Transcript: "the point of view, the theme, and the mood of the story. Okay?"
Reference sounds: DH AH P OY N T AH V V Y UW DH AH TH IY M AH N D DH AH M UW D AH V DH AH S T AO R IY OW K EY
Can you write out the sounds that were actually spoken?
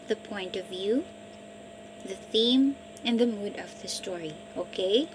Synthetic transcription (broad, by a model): DH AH P OY N T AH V V Y UW DH AH TH IY M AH N DH AH M UW D AH V DH AH S T AO R IY OW K EY